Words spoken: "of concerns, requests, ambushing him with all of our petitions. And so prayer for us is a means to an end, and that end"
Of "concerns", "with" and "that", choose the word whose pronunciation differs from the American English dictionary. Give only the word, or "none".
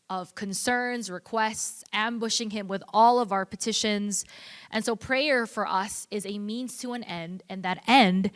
none